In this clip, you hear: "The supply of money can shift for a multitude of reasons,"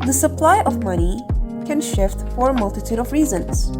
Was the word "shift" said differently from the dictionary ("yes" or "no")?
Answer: no